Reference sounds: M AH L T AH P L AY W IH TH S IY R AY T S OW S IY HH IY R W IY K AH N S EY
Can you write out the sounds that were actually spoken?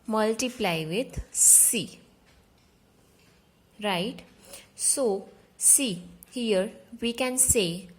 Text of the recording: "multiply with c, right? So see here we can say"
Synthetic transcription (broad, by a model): M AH L T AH P L AY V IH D S IY R AY T S OW S IY HH IY R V IY K AH N S EY